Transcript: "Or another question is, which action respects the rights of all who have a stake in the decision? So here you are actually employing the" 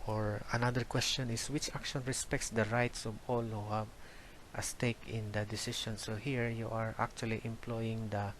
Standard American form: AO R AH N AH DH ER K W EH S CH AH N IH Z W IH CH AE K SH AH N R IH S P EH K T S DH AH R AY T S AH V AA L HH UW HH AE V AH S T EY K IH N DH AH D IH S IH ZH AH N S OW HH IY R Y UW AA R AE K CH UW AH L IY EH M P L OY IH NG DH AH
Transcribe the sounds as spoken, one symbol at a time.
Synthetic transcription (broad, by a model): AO R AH N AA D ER K W EH S CH AH N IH S W IH CH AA K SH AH N R IH S P EH K T S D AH R AY T S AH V AA L HH UW HH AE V AH S T EY K IH N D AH D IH S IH SH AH N S OW HH IY R Y UW AA R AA K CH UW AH L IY EH M P L OY IH NG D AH